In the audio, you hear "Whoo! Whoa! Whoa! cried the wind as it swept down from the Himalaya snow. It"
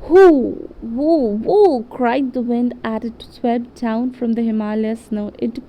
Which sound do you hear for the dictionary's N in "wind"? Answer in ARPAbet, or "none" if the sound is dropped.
N